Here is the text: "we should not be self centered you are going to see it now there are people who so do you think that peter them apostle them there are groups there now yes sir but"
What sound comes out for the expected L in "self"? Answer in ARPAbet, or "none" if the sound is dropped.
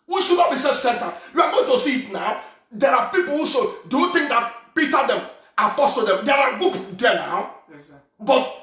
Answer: none